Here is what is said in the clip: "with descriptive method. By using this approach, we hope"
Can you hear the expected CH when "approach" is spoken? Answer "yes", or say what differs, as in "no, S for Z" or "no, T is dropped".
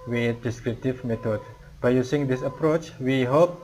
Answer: yes